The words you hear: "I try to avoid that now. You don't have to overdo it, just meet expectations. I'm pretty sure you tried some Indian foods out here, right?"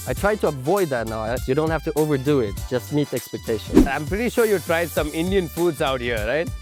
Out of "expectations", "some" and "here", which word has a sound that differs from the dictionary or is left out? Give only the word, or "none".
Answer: expectations